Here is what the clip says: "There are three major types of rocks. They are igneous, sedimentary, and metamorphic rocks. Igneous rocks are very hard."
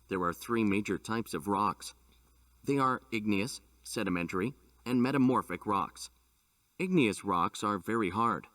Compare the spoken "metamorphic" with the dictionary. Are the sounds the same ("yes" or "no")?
yes